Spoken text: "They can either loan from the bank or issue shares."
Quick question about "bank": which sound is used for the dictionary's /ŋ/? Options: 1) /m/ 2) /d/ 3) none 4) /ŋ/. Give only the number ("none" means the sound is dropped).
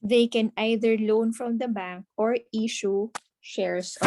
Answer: 4